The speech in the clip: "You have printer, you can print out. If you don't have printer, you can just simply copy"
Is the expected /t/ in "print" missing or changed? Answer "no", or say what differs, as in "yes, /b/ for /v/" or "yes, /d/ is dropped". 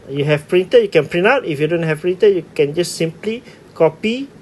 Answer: yes, /t/ is dropped